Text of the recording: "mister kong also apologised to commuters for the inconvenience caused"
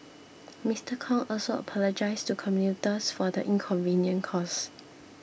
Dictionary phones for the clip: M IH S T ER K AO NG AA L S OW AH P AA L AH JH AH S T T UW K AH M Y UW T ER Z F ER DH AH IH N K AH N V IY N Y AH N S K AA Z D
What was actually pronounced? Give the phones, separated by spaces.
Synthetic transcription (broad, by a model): M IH S T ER K AO NG AA L S OW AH P AA L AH JH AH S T T UW K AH M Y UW T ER S F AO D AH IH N K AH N V IY N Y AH N K AA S